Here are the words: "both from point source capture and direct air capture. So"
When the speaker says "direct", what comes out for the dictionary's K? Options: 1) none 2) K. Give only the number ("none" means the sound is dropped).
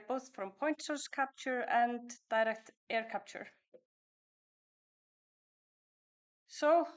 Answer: 2